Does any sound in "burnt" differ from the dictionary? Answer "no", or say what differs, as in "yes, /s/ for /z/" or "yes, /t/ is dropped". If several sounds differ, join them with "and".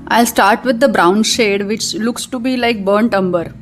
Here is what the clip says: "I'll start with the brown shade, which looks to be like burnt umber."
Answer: no